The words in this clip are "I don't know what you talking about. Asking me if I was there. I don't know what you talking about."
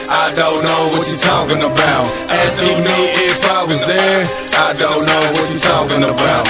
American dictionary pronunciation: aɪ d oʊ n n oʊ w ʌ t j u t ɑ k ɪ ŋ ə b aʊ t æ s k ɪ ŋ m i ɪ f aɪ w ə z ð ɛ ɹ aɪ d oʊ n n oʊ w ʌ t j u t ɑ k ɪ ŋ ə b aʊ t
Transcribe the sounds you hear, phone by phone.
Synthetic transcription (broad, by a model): aɪ d oʊ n n oʊ w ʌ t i t ɑ k ɪ ŋ ə b aʊ t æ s ɪ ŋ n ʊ ɪ f aɪ w ə z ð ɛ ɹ aɪ d oʊ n n oʊ w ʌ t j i t ɑ k ɪ ŋ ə b aʊ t